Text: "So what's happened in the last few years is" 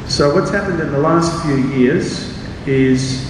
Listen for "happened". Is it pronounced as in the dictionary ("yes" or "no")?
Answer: yes